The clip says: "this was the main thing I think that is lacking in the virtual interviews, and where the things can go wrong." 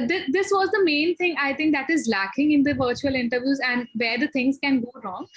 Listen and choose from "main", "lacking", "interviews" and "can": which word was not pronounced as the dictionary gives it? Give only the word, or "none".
none